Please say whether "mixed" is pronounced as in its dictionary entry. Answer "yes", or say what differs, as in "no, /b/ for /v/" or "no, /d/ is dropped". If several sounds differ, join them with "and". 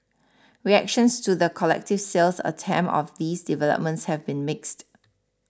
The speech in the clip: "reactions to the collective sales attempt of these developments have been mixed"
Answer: yes